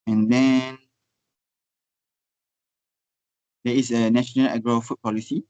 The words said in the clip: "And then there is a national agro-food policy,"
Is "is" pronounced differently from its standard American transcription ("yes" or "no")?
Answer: yes